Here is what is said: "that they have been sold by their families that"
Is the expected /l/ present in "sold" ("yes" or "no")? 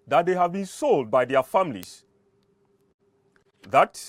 yes